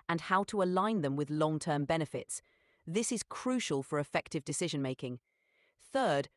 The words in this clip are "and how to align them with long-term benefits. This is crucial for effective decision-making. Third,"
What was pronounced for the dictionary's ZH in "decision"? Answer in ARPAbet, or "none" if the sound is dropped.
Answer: ZH